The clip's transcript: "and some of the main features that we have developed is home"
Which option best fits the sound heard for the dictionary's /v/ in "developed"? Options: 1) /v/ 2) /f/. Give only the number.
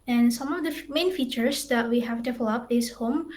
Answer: 2